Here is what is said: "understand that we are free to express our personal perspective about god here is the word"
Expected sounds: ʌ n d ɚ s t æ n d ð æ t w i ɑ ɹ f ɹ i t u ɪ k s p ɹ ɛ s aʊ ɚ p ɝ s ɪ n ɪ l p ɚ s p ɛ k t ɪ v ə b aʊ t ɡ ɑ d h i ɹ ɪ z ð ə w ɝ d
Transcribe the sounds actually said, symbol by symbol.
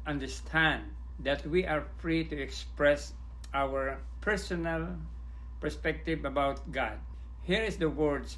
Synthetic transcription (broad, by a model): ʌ n d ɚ s t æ n d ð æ t w i ɑ ɹ f ɹ i t u ɪ k s p ɹ ɛ s aʊ ɚ p ɝ s ɪ n ɪ l p ɚ s p ɛ k t ɪ v ə b aʊ t ɡ ɑ d h i ɹ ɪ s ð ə w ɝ d